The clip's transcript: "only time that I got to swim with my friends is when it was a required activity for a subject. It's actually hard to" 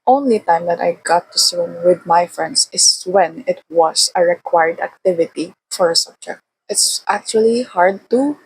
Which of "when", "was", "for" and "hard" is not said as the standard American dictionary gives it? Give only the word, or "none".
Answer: was